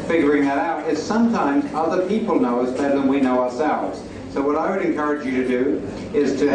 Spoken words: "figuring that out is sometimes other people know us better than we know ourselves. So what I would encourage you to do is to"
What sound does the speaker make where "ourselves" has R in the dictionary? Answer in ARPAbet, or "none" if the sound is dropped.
R